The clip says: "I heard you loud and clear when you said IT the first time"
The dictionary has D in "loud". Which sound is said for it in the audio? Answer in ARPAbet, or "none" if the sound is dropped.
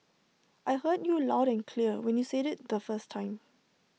D